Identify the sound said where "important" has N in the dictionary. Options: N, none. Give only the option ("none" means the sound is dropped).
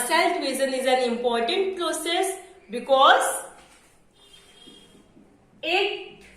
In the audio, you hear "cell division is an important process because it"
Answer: N